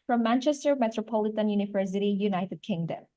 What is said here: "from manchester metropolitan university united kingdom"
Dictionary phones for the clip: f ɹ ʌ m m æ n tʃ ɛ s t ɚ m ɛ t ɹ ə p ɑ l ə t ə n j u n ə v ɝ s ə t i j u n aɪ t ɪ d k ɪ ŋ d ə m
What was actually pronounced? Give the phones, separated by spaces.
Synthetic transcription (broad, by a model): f ɹ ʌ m m æ n tʃ ɛ s t ɚ m ɛ t ɹ ə p ɑ l ə t ə n j u n ə v ɝ s ə t i j u n aɪ t ɪ d k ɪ ŋ d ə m